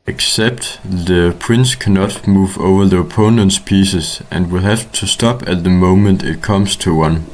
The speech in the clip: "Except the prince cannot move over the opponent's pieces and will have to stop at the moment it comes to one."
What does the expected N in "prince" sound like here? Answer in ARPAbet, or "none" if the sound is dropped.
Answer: N